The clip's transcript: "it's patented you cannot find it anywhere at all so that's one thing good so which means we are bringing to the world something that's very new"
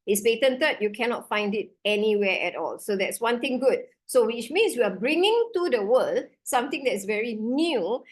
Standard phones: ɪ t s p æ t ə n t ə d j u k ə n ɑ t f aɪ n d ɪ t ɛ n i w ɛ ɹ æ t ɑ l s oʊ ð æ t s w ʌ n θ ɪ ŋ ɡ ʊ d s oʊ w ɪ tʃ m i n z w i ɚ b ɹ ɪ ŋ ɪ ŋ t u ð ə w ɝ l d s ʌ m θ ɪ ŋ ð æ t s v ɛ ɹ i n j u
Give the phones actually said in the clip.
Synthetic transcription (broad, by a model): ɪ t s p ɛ t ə n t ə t j u k ə n ɑ t f aɪ n d ɪ t ɛ n i w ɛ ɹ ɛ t ɑ l s oʊ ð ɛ t s w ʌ n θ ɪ ŋ ɡ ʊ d s oʊ w ɪ tʃ m i n s w i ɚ b ɹ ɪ ŋ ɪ ŋ t u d ə w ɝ l d s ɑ m t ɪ ŋ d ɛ t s v ɛ ɹ i n j u